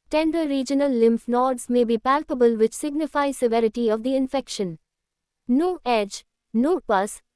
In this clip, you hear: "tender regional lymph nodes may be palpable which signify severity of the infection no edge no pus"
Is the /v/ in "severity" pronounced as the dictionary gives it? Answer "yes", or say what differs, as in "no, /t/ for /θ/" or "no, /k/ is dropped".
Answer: yes